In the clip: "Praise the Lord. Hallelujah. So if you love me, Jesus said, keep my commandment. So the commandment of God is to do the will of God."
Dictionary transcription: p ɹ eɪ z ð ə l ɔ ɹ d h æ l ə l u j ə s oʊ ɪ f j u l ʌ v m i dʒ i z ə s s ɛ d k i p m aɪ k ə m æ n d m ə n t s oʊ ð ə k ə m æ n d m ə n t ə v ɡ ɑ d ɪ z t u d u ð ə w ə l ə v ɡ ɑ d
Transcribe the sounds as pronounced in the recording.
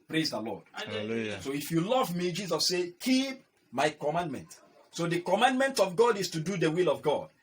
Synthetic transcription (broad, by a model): p ɹ eɪ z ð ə l ɔ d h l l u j s oʊ ɪ f j u l ʌ v m i dʒ i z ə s s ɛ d k i p m aɪ k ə m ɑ n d m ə n t s oʊ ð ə k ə m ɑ n d m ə n t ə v ɡ ɑ d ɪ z t u d u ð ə w ə l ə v ɡ ɑ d